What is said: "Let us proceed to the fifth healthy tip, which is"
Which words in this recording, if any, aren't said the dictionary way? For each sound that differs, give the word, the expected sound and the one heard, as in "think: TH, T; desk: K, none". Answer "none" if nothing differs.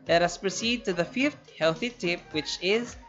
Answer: none